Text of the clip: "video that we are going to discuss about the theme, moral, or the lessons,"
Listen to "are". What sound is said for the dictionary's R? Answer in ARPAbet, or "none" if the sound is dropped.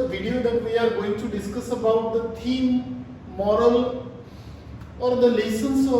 R